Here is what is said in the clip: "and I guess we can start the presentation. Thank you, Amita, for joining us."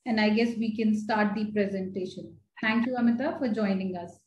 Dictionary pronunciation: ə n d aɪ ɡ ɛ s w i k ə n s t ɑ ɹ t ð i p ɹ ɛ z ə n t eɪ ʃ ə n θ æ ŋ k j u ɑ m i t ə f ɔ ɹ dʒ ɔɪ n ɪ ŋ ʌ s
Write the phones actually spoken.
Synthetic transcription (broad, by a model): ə n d aɪ ɡ ɛ s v i k ə n s t ɑ ɹ t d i p ɹ ɛ z ə n t eɪ ʃ ə n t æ ŋ k j u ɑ m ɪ t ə f ɔ ɹ dʒ ɔɪ n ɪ ŋ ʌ s